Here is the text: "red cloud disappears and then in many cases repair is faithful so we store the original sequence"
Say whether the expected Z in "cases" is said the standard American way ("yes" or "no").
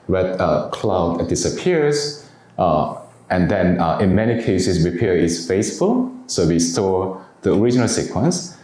no